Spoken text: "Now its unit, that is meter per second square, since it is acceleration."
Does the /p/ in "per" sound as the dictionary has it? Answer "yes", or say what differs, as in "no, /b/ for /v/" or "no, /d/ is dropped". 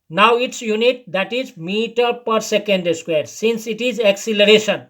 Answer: yes